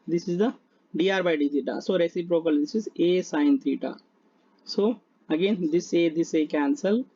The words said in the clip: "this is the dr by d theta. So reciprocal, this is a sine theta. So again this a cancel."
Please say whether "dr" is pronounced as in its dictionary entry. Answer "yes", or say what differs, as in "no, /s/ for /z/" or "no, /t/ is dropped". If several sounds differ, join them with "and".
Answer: no, /k/ is dropped